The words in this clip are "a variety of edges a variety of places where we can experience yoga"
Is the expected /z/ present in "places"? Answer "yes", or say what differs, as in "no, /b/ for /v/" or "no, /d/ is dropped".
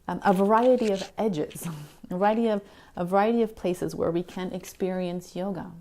yes